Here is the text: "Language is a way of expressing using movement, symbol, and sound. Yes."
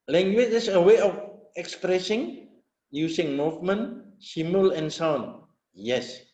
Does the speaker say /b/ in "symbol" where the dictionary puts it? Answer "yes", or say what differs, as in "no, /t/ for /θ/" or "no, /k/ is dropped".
no, /b/ is dropped